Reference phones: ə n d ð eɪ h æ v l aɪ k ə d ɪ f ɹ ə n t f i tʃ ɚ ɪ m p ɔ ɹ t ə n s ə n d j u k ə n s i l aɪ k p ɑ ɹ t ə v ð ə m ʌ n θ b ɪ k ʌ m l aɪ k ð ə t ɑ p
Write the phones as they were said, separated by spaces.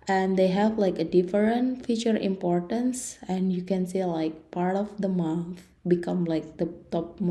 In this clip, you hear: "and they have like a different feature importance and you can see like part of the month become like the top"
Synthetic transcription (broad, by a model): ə n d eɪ h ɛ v l aɪ k ə d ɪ f ɹ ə n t f i tʃ ɚ ɪ m p ɔ ɹ t ə n s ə n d j u k ə n s i l aɪ k p ɑ ɹ t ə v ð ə m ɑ θ b ɪ k ʌ m l aɪ k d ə t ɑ p